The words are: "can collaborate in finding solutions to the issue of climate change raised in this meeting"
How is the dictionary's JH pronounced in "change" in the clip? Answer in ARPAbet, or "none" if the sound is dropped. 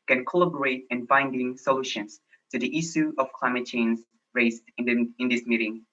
Z